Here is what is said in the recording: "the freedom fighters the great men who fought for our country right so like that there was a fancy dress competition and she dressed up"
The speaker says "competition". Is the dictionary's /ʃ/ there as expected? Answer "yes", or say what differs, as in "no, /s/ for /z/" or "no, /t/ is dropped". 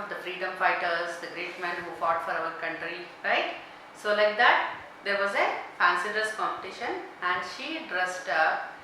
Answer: yes